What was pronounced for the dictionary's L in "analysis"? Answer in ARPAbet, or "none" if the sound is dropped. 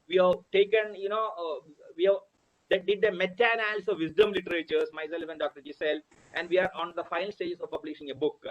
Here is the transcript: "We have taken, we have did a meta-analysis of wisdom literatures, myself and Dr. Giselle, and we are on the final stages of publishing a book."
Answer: N